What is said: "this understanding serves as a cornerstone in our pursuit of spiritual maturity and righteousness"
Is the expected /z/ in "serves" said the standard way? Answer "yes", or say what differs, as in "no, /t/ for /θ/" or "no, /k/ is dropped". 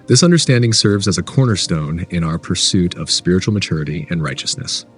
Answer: yes